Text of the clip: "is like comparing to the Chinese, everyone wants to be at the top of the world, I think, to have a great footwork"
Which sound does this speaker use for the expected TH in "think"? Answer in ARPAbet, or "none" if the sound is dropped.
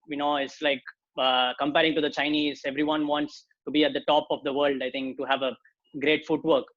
T